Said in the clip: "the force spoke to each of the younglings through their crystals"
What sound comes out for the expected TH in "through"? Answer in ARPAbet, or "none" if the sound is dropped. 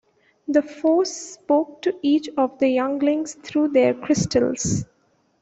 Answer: T